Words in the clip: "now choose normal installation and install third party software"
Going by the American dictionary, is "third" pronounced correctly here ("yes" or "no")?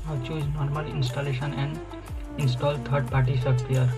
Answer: no